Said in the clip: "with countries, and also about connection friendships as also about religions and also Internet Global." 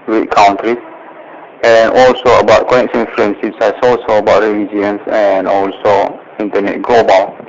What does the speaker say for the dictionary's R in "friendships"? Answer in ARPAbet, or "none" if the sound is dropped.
L